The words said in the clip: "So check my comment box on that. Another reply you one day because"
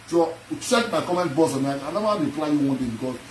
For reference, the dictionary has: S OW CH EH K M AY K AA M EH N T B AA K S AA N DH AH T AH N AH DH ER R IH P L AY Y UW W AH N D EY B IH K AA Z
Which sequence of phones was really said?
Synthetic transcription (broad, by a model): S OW CH EH K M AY K AA M EH N T B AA S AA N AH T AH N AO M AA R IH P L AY Y UW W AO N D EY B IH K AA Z